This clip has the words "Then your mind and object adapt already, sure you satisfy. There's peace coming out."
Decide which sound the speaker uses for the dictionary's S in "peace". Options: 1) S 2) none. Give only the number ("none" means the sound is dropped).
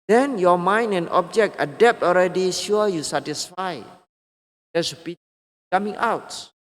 2